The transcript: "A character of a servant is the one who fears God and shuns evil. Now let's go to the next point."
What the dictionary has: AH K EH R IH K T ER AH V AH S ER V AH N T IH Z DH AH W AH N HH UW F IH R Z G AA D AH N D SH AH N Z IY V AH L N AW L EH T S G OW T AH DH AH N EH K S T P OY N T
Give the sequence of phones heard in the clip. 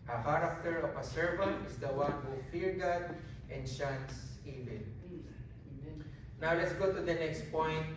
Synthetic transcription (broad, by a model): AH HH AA R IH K T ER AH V AH S ER V AH N T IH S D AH W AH N HH UW F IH R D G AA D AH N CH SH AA N S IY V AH N N AW L EH T S G OW T AH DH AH N EH K S T P OY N T